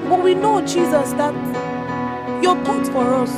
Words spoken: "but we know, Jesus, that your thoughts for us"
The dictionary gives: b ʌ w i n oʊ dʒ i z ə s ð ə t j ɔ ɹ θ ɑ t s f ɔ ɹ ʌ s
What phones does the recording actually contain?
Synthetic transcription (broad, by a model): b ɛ w i n oʊ dʒ i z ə s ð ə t j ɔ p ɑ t f ɔ ɹ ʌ s